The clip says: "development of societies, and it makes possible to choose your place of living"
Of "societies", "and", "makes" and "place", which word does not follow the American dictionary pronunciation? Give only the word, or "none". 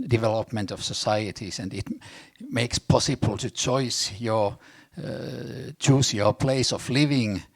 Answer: societies